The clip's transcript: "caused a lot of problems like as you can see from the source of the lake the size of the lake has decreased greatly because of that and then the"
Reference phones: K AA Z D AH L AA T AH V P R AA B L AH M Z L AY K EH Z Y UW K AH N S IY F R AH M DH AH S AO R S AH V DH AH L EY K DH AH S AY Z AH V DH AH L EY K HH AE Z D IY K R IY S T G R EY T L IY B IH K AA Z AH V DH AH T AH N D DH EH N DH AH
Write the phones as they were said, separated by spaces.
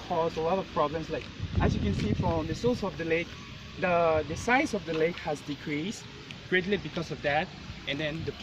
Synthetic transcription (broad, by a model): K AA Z AH L AA T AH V P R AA B L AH M S L AY K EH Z Y UW K AH N S IY F R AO M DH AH S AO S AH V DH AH L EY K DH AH S AY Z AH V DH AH L EY K HH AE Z D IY K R IY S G R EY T L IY B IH K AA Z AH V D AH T AH N D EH N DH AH